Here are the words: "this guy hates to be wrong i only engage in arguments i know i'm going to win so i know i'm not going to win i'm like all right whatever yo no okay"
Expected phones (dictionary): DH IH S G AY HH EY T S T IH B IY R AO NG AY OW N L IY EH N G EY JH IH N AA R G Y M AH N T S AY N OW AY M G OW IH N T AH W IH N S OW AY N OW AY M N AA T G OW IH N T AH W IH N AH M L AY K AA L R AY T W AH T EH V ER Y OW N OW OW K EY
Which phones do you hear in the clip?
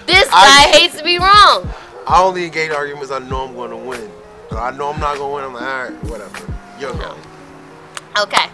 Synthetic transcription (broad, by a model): DH IH S G AY HH EY T S T IH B IY R AO NG AY OW N L IY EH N G EY IH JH AA R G Y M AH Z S AY N OW AY M G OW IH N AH W IH N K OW AY N OW AY M N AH T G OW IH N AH W IH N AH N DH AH AA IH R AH W AH T EH V ER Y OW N OW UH K EY